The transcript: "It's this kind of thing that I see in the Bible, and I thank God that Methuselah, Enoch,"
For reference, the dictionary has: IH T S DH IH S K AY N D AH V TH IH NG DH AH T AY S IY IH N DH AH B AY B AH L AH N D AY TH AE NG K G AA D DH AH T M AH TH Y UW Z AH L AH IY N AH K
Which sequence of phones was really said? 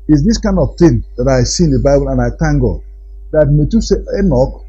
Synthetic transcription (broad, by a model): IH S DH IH S K AY N D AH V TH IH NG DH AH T AY S IY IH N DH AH B AY B AH L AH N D AY T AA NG G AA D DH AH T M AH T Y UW S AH AH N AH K